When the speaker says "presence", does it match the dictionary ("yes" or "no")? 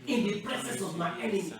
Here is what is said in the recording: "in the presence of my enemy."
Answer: no